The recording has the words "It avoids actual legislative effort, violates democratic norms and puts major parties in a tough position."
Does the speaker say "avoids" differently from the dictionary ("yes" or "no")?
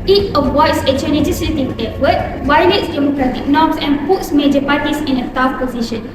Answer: yes